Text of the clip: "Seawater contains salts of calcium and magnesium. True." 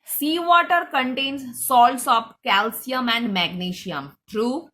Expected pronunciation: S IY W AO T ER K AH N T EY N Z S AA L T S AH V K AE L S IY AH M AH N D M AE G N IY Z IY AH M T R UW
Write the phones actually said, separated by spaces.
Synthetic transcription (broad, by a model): S IY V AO T ER K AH N T EY N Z S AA L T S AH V K AE L S IY AH M AH N D M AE G N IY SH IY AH M T R UW